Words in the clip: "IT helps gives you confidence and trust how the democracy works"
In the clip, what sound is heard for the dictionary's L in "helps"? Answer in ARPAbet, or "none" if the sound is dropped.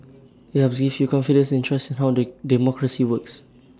none